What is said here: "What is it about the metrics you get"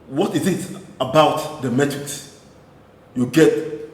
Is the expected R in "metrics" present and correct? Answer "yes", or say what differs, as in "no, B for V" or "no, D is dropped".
no, R is dropped